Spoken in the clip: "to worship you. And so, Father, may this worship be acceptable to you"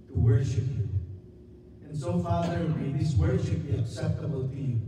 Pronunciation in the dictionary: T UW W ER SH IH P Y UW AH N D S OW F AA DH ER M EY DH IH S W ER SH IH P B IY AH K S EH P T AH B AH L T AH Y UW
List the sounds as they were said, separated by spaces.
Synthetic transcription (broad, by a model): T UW W ER SH IH P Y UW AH N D S OW F AA DH ER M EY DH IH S W ER SH IH P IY AH K S EH P T AH B AH L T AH